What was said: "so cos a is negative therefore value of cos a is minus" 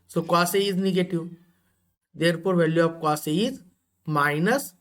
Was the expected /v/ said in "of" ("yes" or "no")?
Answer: no